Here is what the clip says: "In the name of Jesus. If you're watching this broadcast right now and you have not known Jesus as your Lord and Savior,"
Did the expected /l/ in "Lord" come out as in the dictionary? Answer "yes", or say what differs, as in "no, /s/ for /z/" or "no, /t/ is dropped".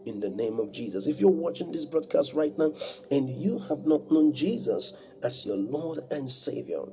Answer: yes